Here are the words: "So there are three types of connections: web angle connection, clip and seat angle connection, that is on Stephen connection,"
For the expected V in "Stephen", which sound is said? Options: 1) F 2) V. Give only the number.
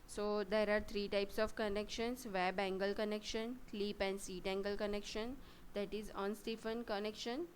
1